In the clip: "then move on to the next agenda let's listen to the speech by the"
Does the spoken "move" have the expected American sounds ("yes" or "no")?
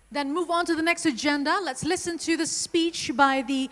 yes